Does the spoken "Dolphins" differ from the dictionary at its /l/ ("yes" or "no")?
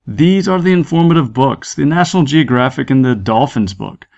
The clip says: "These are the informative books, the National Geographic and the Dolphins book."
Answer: no